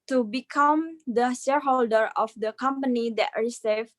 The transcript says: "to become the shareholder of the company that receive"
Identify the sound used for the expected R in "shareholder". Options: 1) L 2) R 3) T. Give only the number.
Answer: 2